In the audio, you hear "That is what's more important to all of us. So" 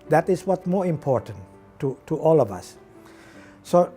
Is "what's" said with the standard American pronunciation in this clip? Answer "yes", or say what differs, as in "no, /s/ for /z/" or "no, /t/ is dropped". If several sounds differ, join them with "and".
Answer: no, /s/ is dropped